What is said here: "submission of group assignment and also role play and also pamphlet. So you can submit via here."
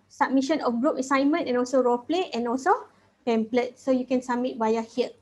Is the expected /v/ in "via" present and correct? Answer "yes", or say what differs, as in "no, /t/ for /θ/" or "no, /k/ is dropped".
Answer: no, /b/ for /v/